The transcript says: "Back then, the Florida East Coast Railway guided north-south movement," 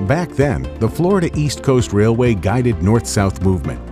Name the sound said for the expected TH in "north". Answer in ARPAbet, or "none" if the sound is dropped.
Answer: TH